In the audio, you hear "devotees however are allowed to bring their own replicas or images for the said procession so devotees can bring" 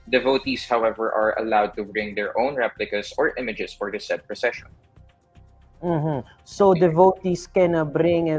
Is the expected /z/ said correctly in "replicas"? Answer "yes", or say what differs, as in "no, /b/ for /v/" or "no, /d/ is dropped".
no, /s/ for /z/